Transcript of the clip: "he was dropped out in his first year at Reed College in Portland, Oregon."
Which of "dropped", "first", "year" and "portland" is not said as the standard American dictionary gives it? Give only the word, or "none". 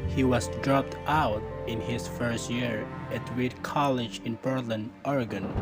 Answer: portland